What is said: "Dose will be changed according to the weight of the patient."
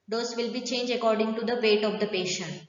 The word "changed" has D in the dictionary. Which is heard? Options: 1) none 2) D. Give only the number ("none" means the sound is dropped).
1